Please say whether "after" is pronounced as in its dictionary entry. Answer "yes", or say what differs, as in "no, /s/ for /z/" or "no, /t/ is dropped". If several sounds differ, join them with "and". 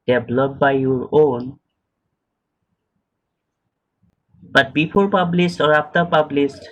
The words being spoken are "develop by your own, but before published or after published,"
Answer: no, /p/ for /f/